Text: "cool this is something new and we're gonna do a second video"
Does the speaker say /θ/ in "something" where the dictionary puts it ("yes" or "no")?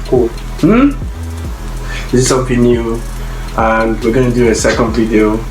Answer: no